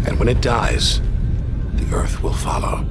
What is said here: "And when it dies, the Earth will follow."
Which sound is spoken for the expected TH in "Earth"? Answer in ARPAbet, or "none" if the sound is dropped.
TH